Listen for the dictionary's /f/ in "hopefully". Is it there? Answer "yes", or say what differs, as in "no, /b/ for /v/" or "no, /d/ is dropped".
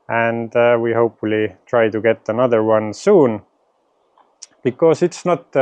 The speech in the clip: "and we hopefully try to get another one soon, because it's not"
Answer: yes